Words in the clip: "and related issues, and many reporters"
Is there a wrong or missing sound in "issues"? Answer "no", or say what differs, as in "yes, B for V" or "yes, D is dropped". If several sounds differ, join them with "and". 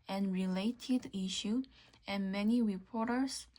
yes, Z is dropped